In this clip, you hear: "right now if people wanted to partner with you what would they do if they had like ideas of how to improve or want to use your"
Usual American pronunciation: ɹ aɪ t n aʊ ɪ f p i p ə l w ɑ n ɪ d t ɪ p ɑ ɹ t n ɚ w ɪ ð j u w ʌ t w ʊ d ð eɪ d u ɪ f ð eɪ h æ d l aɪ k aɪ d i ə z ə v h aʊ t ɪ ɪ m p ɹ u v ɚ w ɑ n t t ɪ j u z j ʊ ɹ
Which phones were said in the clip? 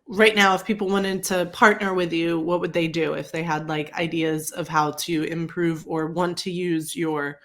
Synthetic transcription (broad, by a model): ɹ aɪ t n aʊ ɪ f p i p l w ɑ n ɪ d t ɪ p ɑ ɹ t n ɚ w ɪ ð j u w ʌ t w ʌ d ð eɪ d u ɪ f ð eɪ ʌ d l aɪ k aɪ d i ə z ə v h aʊ t ɪ ɪ m p ɹ u v ɚ w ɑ n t t ɪ j u z j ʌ ɹ